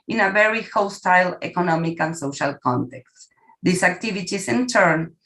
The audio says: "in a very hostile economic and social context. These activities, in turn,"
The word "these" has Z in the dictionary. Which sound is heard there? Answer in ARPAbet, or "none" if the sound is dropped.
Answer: S